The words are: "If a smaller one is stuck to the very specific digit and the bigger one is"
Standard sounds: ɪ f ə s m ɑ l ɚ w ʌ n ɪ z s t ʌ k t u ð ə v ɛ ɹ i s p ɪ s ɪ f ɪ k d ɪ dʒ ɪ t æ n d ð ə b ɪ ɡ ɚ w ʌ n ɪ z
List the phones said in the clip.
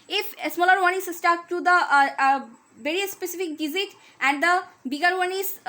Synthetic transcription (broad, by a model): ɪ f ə s m ɑ l ɚ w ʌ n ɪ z s t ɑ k t u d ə v ɛ ɹ i s p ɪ s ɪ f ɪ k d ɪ z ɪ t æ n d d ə b ɪ ɡ ɚ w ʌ n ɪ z